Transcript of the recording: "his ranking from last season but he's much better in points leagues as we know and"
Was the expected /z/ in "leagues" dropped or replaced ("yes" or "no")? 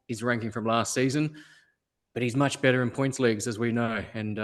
no